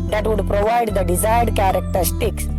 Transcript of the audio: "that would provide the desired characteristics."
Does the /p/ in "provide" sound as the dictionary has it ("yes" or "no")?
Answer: yes